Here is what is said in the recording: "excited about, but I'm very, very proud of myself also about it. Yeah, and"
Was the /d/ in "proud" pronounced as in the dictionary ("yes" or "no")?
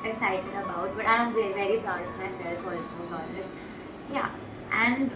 no